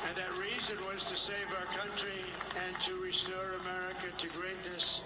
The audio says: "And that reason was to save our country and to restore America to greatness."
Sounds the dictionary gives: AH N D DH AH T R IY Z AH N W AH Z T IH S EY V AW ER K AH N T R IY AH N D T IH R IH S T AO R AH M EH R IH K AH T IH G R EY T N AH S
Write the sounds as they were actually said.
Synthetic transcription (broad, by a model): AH N DH AH T R IY Z AH N W AH Z T IH S EY V AW ER K AH N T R IY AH N T IH R IH S T AO R AH M EH R IH K AH T IH G R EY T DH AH S